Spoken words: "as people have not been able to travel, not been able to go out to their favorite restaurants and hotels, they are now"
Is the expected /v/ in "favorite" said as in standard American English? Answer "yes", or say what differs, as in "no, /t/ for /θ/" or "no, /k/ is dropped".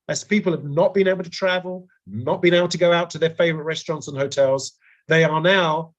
yes